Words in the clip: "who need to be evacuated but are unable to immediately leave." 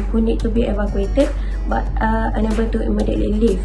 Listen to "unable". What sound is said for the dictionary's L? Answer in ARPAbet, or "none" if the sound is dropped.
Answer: N